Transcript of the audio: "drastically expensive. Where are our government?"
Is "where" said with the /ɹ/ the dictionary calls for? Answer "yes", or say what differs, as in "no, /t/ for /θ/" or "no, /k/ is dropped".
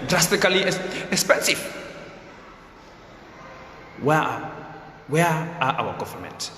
no, /w/ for /ɹ/